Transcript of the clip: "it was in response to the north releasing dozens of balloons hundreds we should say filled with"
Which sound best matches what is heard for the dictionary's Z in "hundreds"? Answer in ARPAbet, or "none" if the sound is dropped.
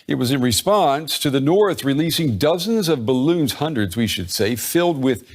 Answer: Z